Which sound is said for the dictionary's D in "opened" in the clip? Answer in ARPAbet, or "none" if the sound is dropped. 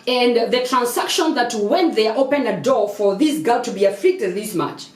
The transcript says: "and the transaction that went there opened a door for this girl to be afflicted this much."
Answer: none